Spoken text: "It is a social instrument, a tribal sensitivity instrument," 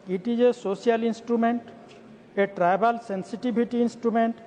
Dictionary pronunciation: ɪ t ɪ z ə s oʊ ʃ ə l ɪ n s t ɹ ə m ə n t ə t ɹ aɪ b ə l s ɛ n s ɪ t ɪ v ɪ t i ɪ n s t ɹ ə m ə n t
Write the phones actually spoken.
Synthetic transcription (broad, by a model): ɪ t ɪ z ə s oʊ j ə l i n s t ɹ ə m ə n t ə t ɹ aɪ b ə l s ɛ n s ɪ t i b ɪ t i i n s t ɹ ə m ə n t